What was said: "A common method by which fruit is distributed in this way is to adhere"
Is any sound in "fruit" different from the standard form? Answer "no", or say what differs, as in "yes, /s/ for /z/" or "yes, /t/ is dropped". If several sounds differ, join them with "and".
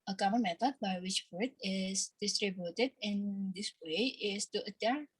yes, /ɹ/ is dropped